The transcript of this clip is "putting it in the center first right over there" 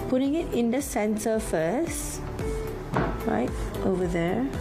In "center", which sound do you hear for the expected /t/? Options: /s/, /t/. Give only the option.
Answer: /s/